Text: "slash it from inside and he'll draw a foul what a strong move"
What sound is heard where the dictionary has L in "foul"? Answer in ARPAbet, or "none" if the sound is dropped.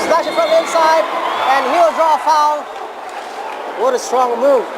N